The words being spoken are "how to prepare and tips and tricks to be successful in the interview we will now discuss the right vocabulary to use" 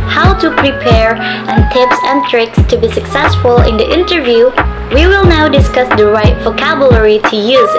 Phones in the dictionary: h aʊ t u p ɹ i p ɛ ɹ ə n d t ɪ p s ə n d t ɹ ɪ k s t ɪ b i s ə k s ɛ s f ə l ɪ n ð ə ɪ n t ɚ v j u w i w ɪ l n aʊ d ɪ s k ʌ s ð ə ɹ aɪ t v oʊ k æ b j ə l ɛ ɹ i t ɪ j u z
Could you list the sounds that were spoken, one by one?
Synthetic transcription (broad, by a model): h aʊ t u p ɹ i p ɛ ɹ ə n t ɪ p s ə n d t ɹ ɪ k s t ɪ b i s ə k s ɛ s f ə l ɪ n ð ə ɪ n t ɚ v j u w i w ɪ l n aʊ d ɪ s k ʌ s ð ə ɹ aɪ t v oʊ k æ b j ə l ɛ ɹ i t ɪ j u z